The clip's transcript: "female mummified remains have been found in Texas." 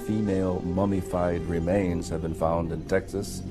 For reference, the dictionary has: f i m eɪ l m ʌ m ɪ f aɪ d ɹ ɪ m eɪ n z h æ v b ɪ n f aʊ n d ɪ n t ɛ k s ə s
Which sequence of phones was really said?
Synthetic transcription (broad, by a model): f i m eɪ l m ʌ m ɪ f aɪ d ɹ ɪ m eɪ n z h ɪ v b ɪ n f aʊ n d ɪ n t ɛ k s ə s